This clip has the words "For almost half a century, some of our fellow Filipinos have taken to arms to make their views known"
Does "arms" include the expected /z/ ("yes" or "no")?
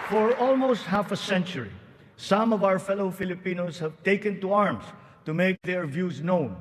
no